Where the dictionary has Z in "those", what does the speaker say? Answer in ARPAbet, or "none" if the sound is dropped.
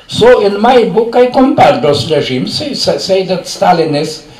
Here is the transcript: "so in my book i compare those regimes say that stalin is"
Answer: S